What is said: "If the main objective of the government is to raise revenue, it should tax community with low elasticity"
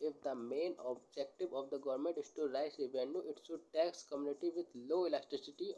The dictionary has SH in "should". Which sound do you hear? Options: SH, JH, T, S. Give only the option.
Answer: S